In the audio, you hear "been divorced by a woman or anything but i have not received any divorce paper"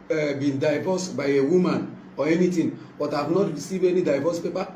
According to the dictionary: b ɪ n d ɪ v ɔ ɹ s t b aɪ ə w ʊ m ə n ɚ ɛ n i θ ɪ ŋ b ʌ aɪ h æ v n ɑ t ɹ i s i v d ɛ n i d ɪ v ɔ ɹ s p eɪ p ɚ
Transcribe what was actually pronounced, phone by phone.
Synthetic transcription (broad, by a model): b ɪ n d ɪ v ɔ s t b aɪ ə w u m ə n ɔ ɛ n i t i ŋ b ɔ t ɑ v n ɑ t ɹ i s i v ɛ n i d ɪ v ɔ s p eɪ p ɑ